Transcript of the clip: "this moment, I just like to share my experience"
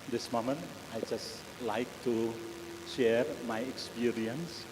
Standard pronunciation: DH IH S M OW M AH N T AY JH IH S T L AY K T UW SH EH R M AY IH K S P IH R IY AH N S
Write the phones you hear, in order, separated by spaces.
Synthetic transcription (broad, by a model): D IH S M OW M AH N AY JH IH S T L AY K T UW SH EH R M AY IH K S P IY R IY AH N S